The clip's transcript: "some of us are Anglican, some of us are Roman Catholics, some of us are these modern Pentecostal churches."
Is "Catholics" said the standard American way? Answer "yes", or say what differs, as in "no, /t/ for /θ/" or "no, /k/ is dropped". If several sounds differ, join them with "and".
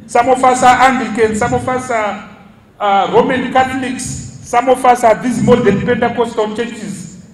no, /t/ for /θ/